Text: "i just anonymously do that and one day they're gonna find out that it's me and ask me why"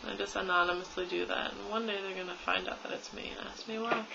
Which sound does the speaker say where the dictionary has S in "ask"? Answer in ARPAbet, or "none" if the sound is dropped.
S